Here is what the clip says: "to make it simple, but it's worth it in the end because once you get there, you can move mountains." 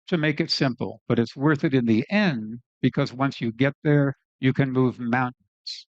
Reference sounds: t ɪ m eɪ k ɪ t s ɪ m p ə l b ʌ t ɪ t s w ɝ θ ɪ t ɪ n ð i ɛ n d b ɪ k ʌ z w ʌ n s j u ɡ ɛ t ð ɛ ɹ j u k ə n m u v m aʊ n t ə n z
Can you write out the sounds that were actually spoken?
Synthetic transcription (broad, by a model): t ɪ m eɪ k ɪ t s ɪ m p l b ʌ t ɪ t s w ɝ θ ɪ t ɪ n ð i ɛ n b ɪ k ʌ z w ʌ n s j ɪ ɡ ɛ t ð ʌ ɹ j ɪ k ə n m u v m aʊ n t n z